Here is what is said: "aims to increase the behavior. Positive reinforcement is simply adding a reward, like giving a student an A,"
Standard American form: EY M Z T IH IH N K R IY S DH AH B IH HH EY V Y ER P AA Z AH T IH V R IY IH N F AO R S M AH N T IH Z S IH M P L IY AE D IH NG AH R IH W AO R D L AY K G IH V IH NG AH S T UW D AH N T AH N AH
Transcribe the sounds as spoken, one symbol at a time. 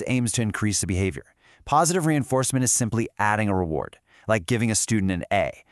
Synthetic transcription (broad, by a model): EY M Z T IH IH N K R IY S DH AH B IH HH EY V Y ER P AA Z AH T IH V R IY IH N F AO R S M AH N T IH Z S IH M P L IY AE D IH NG AH R IH W AO R D L AY K G IH V IH NG AH S T UW D N T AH N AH